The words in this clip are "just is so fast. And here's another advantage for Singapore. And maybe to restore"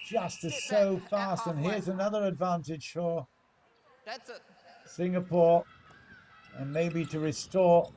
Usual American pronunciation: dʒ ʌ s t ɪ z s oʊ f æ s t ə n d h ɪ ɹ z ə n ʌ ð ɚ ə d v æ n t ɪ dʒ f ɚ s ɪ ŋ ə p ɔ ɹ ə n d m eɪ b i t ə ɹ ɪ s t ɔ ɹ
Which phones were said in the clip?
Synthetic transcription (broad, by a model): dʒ ʌ s t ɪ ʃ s oʊ f æ s t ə n h ɪ ɹ z ə n ʌ ð ɚ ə d v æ n t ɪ ʒ f ɚ s ɪ ŋ ə p ɔ ɹ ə n m eɪ b i t ə ɹ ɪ s t ɔ ɹ